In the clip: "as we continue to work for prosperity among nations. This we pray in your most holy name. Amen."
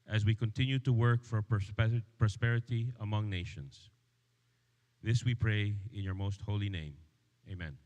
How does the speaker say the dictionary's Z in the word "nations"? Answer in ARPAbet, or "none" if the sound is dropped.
S